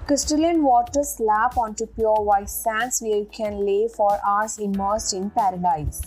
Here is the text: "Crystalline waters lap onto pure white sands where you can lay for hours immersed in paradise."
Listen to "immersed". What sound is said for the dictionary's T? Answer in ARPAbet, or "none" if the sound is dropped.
none